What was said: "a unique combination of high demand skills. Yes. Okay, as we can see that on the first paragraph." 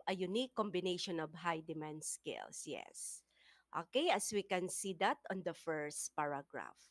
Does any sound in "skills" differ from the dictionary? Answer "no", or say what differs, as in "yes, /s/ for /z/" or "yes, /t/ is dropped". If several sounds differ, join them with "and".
yes, /s/ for /z/